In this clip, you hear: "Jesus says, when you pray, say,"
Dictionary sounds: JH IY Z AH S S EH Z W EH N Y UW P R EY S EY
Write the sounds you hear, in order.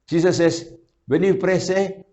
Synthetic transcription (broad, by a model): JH IY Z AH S S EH S W EH N Y UW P R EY S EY